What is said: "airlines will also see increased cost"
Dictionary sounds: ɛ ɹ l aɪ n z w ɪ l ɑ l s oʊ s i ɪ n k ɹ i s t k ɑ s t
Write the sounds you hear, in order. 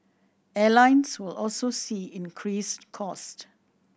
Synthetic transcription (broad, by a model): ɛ l aɪ n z w ɪ l ɑ l s oʊ s i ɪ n k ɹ i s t k ɑ s t